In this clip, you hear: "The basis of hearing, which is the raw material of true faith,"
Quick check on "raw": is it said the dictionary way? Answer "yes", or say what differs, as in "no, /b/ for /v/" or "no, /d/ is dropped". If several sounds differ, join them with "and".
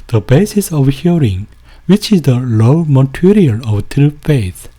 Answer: no, /l/ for /ɹ/